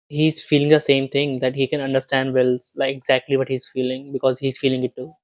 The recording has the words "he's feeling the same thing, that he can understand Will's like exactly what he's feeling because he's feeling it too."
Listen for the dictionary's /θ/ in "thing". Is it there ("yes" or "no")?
no